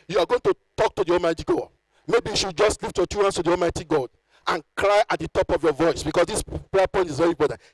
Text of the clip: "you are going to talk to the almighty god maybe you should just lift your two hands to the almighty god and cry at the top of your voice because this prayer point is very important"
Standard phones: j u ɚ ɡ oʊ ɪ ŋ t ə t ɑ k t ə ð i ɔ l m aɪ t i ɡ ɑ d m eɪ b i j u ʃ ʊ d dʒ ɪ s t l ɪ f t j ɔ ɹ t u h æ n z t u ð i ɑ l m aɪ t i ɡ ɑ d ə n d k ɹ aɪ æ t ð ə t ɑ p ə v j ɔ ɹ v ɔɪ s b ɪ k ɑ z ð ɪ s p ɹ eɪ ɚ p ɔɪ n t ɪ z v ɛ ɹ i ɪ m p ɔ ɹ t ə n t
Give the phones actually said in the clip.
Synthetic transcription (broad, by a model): j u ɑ ɡ oʊ ɪ ŋ t ə t ɑ k t ə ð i ɔ l m aɪ t i ɡ ɑ d m eɪ b i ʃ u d dʒ ɪ s t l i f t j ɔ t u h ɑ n s t u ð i ɑ l m aɪ t i ɡ ɑ d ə n k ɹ aɪ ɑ t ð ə t ɑ p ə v j ɔ v ɔɪ s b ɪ k ɑ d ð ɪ s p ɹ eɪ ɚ p ɔɪ n t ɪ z v ɛ ɹ i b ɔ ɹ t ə